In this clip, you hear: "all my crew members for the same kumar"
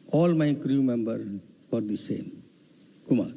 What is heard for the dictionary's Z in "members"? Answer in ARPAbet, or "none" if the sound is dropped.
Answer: none